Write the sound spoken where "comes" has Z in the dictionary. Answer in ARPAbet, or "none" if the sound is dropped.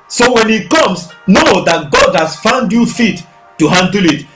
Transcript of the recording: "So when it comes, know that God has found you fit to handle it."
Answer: S